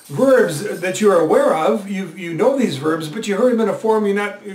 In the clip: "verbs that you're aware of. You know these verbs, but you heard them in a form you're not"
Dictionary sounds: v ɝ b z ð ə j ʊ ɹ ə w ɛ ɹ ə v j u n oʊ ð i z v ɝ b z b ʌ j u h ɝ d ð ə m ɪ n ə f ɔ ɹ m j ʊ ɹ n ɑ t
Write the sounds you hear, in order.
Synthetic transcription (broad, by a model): v ɝ b z ð ə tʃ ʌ ɹ ə w ɛ ɹ ə v j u n oʊ ð i z v ɝ b z b ʌ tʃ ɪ h ɝ d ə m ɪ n ə f ɔ ɹ m j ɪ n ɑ t